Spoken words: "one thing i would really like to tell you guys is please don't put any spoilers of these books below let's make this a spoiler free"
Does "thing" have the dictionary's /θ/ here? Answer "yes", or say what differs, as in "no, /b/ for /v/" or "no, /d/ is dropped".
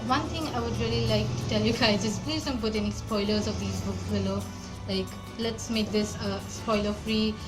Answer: no, /t/ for /θ/